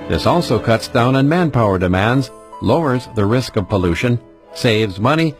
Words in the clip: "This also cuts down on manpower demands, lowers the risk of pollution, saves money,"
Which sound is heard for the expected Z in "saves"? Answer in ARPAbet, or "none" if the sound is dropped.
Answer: Z